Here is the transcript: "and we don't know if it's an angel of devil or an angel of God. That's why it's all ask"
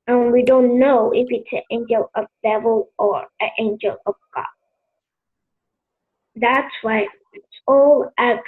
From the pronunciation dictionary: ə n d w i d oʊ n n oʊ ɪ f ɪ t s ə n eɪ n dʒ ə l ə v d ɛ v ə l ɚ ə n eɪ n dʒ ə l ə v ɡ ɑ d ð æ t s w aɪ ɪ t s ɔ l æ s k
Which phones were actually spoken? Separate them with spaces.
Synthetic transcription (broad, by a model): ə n w i d oʊ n n oʊ ɪ f ɪ t s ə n eɪ n dʒ ə l ə v d ɛ v ə l ɚ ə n eɪ n dʒ ə l ə v ɡ ɑ d ð æ t s w aɪ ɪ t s ɔ l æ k